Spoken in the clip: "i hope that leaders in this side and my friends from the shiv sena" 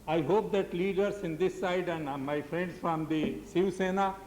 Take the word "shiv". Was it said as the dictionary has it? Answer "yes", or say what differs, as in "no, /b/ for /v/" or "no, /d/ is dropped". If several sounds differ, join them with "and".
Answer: no, /s/ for /ʃ/